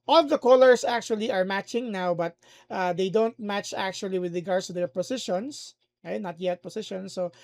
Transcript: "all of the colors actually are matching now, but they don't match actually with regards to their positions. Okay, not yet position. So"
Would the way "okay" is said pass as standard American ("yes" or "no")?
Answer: no